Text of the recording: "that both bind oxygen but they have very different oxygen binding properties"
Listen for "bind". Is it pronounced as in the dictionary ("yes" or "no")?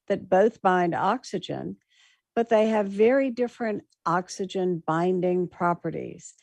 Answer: yes